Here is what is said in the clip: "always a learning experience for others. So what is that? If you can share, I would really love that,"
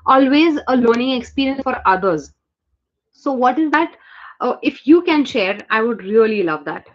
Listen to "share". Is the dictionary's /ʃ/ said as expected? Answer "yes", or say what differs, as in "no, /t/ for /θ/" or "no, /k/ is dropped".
yes